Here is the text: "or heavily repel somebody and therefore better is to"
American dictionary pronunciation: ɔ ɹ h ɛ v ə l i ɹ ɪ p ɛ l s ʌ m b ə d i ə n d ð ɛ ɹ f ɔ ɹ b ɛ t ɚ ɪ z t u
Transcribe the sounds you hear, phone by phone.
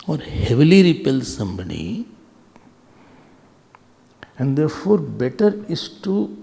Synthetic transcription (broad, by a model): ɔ ɹ h ɛ v ə l i ɹ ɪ p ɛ l s ʌ m b ə d i ə n d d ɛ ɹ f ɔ ɹ b ɛ t ɚ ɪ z t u